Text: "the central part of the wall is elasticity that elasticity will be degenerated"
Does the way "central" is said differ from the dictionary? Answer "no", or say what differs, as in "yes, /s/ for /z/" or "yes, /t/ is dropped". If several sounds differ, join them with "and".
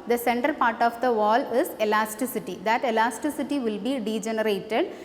yes, /ɹ/ is dropped